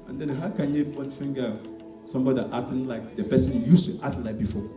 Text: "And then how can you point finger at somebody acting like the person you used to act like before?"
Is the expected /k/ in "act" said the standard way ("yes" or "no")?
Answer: no